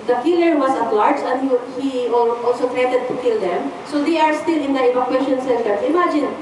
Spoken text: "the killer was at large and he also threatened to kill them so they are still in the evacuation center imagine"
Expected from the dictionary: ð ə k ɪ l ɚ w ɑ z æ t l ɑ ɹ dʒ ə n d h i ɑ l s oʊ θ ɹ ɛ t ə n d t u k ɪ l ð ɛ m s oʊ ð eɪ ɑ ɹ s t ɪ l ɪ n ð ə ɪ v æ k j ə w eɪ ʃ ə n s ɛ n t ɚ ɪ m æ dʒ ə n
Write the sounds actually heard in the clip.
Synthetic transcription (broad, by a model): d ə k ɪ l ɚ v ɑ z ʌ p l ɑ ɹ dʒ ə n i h i ɑ l s oʊ t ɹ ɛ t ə d t u k ɪ l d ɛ m s oʊ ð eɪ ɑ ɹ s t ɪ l ɪ n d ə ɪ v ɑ k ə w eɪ ʃ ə n s ɛ n t ɚ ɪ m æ dʒ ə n